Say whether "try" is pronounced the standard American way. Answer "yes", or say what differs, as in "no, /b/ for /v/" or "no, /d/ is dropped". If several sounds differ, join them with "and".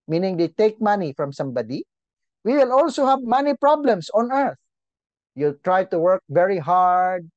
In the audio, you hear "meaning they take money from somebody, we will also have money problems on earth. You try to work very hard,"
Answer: yes